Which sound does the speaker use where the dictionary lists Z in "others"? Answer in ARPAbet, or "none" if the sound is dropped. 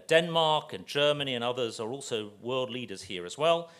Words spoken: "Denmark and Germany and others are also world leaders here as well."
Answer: Z